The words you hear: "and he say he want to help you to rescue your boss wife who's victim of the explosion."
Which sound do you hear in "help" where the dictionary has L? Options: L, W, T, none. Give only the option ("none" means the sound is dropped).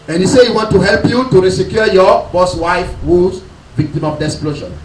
L